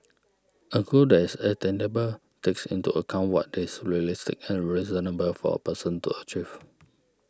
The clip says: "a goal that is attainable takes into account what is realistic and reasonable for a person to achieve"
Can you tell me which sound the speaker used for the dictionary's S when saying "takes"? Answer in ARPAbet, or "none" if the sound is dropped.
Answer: S